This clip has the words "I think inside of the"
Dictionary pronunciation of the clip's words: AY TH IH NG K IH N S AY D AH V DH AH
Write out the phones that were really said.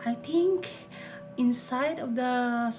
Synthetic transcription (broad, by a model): AY T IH NG K IH N S AY D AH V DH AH